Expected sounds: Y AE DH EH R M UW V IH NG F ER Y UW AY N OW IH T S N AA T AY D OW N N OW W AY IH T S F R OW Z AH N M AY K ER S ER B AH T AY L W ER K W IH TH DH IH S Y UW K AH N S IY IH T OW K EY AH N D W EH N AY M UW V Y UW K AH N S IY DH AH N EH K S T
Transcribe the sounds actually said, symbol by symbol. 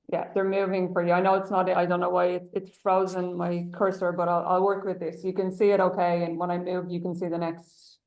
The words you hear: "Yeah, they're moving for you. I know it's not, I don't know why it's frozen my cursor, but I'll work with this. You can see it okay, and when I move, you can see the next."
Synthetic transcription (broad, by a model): Y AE DH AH R M UW V IH NG F ER Y UW AY N OW IH T S N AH T AY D OW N N OW W AY IH T S F R OW Z AH N M AY K ER S ER B AH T AY L W ER K W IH DH IH S Y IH K AH N S IY IH T OW K EY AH N W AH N AY M UW V Y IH K AH N S IY DH AH N EH K S T